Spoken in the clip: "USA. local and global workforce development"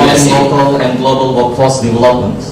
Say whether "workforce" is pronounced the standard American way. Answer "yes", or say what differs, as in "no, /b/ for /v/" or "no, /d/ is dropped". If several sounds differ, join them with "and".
no, /f/ is dropped